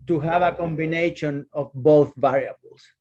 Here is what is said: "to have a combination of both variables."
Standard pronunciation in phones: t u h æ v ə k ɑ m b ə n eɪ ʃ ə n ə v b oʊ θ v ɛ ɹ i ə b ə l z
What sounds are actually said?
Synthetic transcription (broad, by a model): t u h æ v ə k ɑ m b ə n eɪ ʃ ə n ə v b oʊ θ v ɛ ɹ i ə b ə l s